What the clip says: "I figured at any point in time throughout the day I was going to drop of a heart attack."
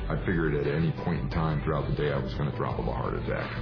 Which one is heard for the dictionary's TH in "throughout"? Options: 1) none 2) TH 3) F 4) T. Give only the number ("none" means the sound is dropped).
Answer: 2